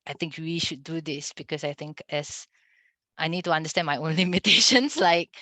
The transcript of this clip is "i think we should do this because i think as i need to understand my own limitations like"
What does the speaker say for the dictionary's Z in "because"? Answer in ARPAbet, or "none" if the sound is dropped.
S